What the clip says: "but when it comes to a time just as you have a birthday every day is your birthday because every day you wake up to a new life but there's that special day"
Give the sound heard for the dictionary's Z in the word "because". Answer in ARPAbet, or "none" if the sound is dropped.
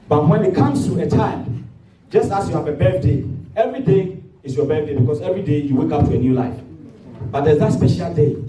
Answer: S